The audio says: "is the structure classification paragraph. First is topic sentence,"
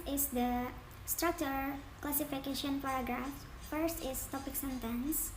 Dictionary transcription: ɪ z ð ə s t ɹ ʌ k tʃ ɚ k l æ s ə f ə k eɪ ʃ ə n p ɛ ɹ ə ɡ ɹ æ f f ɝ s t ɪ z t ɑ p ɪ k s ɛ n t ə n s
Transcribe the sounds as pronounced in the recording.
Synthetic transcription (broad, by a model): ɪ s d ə s t ɹ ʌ k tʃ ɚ k l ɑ s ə f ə k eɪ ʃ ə n p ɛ ɹ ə ɡ ɹ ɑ f f ɝ s t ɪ s t ɑ p ɪ k s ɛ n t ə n s